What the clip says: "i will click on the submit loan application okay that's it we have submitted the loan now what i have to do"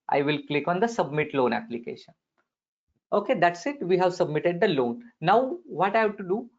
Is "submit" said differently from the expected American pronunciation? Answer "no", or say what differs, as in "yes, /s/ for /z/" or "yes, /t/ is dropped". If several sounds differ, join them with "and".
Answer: no